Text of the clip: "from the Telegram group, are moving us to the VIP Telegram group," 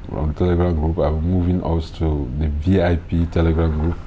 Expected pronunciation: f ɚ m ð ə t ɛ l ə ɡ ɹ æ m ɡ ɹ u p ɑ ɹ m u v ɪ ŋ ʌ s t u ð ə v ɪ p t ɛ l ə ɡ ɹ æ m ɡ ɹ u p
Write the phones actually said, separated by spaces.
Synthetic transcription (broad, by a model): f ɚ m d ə t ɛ l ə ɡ ɹ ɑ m ɡ ɹ u p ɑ w m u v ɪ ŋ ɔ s t u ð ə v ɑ p t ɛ l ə ɡ ɹ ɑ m ɡ ɹ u p